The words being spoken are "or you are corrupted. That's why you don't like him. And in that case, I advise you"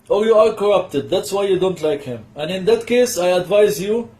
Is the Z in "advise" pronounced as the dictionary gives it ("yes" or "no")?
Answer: yes